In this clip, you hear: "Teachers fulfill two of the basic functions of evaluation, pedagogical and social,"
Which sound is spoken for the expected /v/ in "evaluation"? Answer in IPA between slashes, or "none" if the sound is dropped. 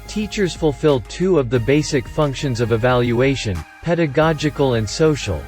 /v/